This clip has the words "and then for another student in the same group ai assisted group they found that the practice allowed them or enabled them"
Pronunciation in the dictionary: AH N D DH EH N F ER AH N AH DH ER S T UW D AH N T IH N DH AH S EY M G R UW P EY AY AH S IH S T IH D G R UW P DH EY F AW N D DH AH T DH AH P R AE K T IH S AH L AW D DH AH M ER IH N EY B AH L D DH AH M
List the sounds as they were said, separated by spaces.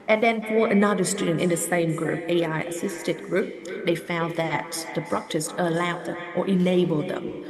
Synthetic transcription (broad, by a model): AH N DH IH N F ER AH N AH DH ER S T UW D N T IH N DH AH S EY M G R UW P EY AY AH S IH S T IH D G R UW P DH EY F AW N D DH AH T DH AH B R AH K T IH S AH L AW D DH AH M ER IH N EY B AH L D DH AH M